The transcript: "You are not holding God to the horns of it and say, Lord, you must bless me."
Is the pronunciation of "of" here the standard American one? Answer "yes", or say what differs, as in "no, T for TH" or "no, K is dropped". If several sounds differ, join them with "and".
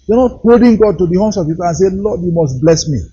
no, P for V